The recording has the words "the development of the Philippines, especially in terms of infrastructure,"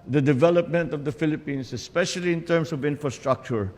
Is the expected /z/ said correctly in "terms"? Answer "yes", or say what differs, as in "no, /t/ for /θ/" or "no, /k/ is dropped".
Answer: no, /s/ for /z/